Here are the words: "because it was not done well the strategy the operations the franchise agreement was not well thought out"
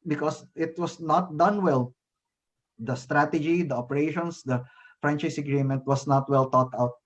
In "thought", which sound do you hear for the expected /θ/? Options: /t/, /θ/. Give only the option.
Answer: /t/